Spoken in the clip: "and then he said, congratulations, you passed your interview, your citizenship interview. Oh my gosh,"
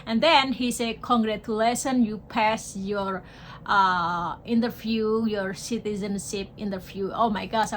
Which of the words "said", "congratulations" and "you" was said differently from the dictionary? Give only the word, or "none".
congratulations